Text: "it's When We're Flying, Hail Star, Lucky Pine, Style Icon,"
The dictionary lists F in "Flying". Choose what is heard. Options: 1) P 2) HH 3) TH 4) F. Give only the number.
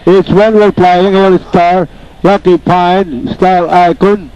1